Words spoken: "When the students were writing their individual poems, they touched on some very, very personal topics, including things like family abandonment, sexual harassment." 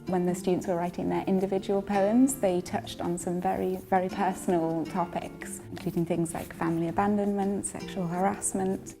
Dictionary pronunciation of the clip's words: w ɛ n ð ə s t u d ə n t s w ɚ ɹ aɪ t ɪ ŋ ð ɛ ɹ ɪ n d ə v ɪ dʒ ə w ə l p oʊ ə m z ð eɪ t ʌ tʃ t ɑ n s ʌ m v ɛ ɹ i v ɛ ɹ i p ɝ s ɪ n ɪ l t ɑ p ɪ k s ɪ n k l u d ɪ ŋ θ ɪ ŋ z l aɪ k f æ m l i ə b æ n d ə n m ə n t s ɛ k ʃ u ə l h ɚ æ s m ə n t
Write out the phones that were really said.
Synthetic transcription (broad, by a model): w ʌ n ð ə s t u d n t s w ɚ ɹ aɪ t ɪ ŋ ð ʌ ɹ ɪ n d ə v ɪ dʒ ə w ə l p oʊ ə m z ð eɪ t ʌ tʃ t n s ʌ m v ɛ ɹ i v ɛ ɹ i p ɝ s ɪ n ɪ l t ɑ p ɪ k s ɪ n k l u d ɪ ŋ θ ɪ ŋ z l aɪ k f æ m l i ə b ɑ n d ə n m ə n t s ɛ k ʃ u ə l h ɚ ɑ s m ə n t